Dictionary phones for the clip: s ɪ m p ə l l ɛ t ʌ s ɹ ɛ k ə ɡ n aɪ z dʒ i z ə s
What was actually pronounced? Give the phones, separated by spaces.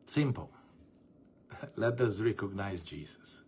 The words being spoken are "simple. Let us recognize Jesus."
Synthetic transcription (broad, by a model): s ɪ m p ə l l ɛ t ʌ s ɹ ɛ k ə ɡ n aɪ z dʒ i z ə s